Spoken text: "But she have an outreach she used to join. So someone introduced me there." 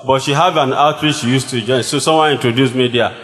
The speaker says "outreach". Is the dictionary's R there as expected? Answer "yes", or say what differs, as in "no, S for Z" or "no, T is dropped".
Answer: no, W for R